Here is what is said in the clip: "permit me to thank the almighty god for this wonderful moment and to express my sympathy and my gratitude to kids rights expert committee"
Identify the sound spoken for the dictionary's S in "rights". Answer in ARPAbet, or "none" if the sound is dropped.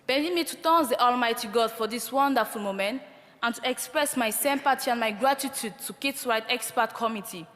none